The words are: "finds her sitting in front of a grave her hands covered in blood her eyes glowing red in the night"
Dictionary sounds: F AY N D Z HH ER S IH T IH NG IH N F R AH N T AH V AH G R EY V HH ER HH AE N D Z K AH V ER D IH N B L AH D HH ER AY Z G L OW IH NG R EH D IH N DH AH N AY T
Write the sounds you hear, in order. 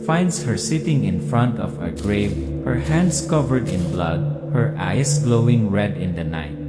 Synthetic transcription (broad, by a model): F AY N D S HH ER S IH T IH NG IH N F R AH N T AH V AH G R EY V HH ER HH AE N D S K AH V ER D IH N B L AH D HH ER AY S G L OW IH NG R EH D IH N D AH N AY T